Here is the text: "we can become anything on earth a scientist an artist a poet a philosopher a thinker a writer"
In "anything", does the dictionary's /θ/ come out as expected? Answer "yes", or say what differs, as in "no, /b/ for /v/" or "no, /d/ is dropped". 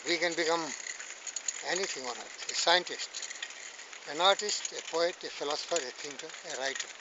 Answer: no, /t/ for /θ/